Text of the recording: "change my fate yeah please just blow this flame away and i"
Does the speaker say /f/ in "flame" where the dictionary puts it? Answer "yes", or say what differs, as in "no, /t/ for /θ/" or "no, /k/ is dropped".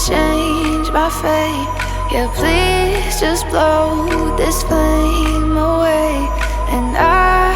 no, /p/ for /f/